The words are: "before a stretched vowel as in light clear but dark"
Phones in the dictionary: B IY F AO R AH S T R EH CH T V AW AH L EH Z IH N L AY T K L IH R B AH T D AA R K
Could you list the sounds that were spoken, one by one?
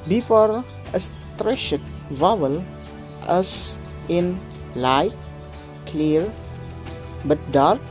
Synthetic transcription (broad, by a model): B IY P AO R AH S T R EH SH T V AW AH L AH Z IH N L AY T K L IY R B AH T D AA R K